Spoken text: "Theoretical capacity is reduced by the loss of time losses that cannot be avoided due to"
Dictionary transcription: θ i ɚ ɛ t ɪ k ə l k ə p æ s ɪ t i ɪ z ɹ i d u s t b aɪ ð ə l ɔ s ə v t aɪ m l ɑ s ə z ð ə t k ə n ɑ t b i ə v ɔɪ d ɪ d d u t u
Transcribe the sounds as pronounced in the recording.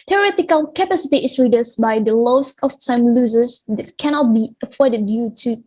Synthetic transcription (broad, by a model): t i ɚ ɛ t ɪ k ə l k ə p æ s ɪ t i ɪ s ɹ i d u s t b aɪ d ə l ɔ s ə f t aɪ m l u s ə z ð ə t k ə n ɑ t b i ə f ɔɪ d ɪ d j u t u